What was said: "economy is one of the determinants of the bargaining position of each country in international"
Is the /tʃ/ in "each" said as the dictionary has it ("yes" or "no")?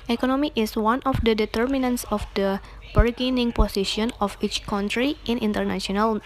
yes